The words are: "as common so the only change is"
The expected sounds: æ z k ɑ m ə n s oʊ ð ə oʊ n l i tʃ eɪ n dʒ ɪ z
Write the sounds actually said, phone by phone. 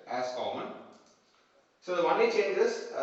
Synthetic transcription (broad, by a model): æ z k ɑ m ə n s oʊ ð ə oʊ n i tʃ eɪ n dʒ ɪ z